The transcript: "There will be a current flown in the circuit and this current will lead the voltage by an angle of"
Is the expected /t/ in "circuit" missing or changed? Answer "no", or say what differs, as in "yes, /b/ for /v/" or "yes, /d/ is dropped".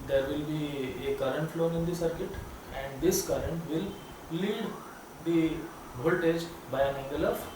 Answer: no